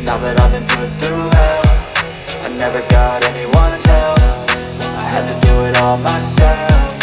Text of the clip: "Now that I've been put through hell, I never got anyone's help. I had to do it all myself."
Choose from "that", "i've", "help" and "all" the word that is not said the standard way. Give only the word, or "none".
help